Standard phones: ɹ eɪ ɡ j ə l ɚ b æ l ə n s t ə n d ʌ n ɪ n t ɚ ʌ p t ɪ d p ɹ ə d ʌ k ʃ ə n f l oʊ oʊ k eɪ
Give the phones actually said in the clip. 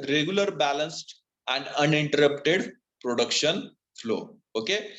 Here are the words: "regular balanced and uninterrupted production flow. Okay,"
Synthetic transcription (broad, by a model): ɹ eɪ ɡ j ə l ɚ b æ l ə n s t ə n d ʌ n ɪ n t ɚ ʌ p t ɪ d p ɹ ə d ʌ k ʃ ə n f l oʊ oʊ k eɪ